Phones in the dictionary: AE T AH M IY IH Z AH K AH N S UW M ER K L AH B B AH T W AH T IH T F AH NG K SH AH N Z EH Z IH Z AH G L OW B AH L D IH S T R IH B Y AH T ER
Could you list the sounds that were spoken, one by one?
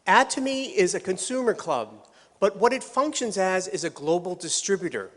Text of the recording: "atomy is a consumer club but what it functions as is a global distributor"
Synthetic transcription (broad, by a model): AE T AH M IY IH Z AH K AH N S UW M ER K L AH B B AH T W AH T IH T F AH NG K SH AH N Z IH Z IH Z AH G L OW B L D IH S T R IH B Y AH T ER